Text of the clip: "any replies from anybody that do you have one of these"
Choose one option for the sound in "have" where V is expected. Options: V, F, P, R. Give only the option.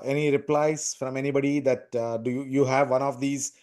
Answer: V